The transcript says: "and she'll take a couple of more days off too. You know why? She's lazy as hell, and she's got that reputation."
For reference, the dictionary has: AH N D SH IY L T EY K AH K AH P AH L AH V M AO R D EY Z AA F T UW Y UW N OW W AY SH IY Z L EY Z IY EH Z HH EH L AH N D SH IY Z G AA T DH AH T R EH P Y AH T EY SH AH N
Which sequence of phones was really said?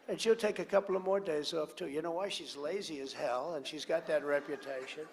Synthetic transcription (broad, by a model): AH N SH IY L T EY K AH K AH P L AH V M AO R D EY Z AA F T UW Y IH N OW W AY SH IY Z L EY Z IY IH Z HH EH L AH N SH IY Z G AA T DH AH T R EH P Y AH T EY SH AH N